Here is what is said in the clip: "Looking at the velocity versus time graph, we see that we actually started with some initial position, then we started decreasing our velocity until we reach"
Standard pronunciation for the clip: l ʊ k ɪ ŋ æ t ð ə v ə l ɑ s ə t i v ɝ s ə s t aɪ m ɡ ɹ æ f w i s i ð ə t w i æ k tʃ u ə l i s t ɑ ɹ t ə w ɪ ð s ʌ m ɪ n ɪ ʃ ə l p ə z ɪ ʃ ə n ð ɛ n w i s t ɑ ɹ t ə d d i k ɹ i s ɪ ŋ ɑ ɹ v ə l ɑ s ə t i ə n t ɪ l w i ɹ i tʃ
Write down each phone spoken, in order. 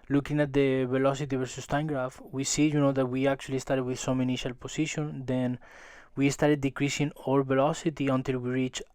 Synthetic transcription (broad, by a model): l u k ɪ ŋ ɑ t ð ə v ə l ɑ s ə t i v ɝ s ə s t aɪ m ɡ ɹ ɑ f w i s i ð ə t w i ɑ k tʃ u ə l i s t ɑ ɹ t w ɪ ð s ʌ m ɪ n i ʃ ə l p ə s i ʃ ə n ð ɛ n w i s t ɑ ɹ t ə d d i k ɹ i s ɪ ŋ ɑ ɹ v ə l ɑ s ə t i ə n t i l w i ɹ i tʃ